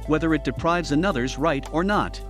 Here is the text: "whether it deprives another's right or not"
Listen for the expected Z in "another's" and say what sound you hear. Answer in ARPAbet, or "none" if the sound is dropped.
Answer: Z